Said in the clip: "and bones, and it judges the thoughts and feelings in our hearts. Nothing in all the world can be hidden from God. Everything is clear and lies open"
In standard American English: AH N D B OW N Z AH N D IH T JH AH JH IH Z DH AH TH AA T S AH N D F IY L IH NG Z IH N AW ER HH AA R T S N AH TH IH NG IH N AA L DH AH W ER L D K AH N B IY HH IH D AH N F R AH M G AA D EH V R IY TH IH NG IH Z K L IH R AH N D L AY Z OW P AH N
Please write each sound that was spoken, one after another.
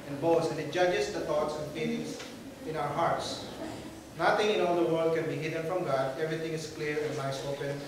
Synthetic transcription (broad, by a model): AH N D B OW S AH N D IH T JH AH JH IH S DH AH T AA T S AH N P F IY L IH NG S IH N AW ER HH AA R T S N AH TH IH NG IH N AA L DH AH W ER L D K AH N B IY HH IH D AH N F R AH M G AA D EH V R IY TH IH NG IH S K L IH R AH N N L AY S OW P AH N